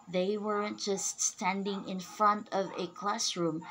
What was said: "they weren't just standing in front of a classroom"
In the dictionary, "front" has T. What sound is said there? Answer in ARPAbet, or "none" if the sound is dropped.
T